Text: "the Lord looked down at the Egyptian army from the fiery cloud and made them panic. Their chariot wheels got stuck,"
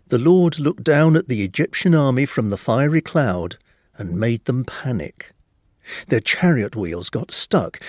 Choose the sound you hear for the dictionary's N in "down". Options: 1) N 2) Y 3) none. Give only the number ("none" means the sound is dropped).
1